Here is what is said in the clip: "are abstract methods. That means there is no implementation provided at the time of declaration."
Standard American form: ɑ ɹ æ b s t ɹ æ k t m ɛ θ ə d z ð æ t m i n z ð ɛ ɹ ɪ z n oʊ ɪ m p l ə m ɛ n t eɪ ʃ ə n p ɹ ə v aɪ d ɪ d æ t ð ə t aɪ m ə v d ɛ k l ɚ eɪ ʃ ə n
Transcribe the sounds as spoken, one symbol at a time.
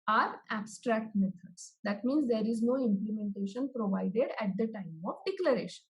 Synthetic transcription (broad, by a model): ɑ ɹ æ b s t ɹ æ k t m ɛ t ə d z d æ t m i n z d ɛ ɹ ɪ z n oʊ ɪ m p l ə m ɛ n t eɪ ʃ ə n p ɹ ə v aɪ d ɪ d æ t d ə t aɪ m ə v d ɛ k l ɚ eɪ ʃ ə n